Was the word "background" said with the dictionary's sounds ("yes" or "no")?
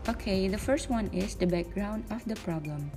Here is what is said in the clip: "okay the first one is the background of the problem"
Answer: yes